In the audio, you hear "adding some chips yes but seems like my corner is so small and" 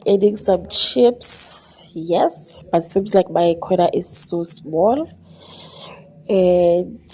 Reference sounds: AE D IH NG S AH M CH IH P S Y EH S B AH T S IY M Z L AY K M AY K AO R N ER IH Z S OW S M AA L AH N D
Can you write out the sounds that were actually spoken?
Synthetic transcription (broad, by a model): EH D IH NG S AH M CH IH P S Y EH S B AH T S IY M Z L AY K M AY K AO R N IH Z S OW S M AA L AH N